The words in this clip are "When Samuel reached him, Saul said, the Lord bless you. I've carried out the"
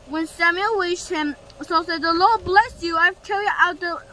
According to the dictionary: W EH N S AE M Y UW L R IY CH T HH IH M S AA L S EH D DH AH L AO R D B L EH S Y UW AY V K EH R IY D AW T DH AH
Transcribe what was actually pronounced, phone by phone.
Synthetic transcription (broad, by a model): W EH N S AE M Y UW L W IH SH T HH IH M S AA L S EH D DH AH L AO R D B L EH S Y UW AY V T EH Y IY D AW T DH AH